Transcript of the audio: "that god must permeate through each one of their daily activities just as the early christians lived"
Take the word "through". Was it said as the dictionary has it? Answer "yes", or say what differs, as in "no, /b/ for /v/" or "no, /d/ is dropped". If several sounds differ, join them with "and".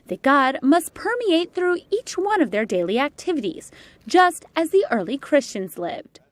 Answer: yes